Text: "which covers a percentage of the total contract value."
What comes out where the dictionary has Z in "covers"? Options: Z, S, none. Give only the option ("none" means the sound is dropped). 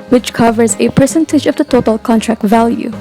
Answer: Z